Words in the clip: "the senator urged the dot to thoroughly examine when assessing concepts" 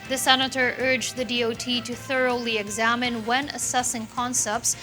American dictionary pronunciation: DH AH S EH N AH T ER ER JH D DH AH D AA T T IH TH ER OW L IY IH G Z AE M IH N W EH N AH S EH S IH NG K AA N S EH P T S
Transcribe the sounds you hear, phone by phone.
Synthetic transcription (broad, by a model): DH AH S EH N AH T ER ER JH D DH AH D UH T T IH TH ER OW L IY IH G Z AE M IH N W EH N AH S EH S IH NG K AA N S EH P T S